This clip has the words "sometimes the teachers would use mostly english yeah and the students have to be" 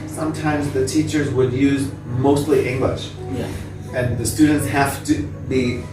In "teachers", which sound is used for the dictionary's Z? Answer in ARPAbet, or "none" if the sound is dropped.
Z